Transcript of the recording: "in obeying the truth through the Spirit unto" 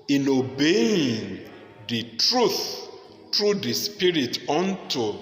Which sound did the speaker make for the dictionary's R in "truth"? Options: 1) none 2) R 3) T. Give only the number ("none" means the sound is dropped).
2